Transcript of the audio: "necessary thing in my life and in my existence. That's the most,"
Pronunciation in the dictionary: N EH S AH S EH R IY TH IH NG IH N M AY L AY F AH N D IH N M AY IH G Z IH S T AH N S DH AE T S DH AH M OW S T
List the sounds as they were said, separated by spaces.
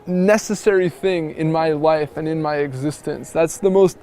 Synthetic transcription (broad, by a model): N EH S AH S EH R IY TH IH NG IH N M AY L AY F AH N IH N M AY IH G Z IH S T AH N S DH AE T S DH AH M OW S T